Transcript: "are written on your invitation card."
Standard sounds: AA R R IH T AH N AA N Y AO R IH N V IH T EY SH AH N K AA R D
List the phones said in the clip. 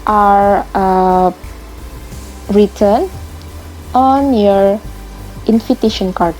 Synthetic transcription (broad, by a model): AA R R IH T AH N AA N Y AO R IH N F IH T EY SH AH N K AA R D